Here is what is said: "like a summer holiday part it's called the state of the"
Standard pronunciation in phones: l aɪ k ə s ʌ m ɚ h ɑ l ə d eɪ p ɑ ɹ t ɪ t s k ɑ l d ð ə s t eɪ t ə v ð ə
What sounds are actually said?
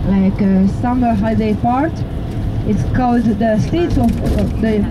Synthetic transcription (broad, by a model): l aɪ k ə s ʌ m ɚ h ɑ ə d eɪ p ɑ ɹ t ɪ t s k ɑ l d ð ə s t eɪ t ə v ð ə